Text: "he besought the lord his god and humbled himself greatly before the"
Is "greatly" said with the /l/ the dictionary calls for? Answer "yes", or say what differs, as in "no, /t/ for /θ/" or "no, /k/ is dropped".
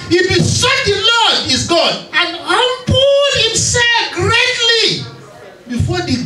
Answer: yes